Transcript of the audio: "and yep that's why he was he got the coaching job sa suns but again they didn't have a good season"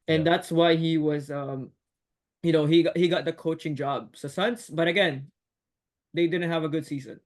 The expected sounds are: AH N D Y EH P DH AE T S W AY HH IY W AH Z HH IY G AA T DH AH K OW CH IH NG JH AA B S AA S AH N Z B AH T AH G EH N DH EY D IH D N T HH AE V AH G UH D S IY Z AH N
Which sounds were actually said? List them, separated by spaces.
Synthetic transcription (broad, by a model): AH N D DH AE T S W AY HH IY W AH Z HH IY G AA T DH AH K OW CH IH NG JH AA B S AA S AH N S B AH T AH G EH N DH EY D IH D N T HH AE V AH G UH D S IY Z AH N